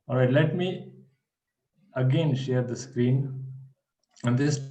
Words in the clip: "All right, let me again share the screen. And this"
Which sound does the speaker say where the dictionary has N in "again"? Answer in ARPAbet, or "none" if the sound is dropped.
N